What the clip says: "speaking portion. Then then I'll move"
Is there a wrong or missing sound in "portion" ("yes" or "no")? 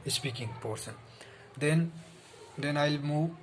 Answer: yes